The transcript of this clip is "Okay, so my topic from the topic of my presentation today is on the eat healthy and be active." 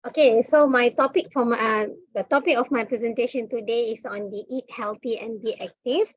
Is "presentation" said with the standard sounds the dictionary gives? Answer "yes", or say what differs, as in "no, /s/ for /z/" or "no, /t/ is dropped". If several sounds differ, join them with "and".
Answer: yes